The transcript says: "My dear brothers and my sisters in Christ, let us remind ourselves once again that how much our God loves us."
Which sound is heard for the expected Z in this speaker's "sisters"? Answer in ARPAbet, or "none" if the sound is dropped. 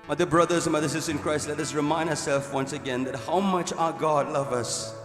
none